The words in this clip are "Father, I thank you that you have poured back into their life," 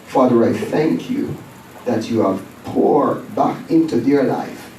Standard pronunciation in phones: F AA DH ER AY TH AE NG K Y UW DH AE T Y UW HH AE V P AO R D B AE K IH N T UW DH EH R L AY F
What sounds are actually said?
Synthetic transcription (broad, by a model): F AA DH ER AY TH AE NG K Y UW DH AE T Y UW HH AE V P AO R B AE K IH N T UW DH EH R L AY F